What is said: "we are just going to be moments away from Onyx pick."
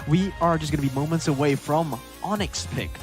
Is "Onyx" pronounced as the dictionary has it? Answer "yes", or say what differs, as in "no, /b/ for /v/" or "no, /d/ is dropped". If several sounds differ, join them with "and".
yes